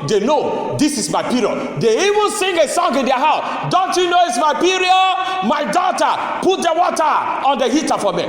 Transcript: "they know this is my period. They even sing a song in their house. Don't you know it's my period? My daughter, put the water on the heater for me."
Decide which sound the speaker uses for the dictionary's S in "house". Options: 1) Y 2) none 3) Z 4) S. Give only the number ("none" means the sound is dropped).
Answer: 4